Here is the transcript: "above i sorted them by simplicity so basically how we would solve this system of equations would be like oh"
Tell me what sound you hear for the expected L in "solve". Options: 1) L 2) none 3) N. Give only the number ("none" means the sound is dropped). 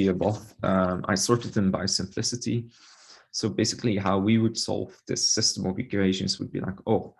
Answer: 1